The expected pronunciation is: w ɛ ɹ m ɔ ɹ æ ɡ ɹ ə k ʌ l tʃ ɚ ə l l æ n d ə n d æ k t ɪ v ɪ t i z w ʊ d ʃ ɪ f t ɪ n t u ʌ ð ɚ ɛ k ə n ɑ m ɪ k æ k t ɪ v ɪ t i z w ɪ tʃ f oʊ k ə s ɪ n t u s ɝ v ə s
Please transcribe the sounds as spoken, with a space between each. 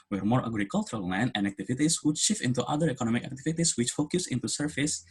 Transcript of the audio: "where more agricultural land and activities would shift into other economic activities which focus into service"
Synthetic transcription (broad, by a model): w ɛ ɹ m ɔ ɹ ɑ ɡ ɹ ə k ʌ l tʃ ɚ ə l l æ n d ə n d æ k t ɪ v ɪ t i s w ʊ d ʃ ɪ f ɪ n t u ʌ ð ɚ ɛ k ə n ɑ m ɪ k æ k t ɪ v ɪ t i s w ɪ tʃ f oʊ k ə s ɪ n t u s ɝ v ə s